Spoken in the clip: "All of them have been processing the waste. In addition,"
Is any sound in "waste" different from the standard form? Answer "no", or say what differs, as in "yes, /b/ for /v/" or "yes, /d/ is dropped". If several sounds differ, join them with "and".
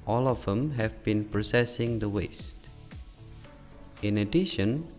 no